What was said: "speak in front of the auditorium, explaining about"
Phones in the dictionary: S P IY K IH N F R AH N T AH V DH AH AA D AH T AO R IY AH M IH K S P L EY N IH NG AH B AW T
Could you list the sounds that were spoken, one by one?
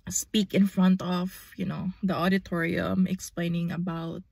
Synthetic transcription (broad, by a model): S P IY K IH N F R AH N T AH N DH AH AA D AH T AO R IY AH M IH K S P L EY N IH NG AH B AW T